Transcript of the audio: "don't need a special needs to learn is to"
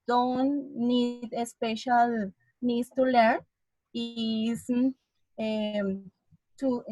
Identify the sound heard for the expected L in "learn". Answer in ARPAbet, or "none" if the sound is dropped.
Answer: L